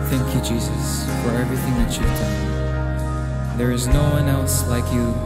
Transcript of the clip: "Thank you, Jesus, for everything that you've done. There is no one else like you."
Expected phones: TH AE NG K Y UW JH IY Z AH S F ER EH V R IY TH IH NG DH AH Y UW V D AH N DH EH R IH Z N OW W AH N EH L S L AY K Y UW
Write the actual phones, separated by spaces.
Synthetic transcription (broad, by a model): TH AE NG K Y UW JH IY Z AH S F ER EH V R IY TH IH NG DH AH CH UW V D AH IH DH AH R IH Z N OW W AH N EH L S L AY K Y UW